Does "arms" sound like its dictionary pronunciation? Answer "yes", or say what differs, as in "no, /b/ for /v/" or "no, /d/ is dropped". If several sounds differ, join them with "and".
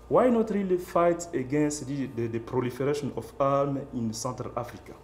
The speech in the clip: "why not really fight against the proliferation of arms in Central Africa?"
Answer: no, /z/ is dropped